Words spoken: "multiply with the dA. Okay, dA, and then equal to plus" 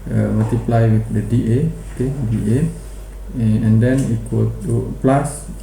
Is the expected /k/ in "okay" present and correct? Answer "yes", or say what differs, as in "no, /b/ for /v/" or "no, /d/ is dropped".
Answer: yes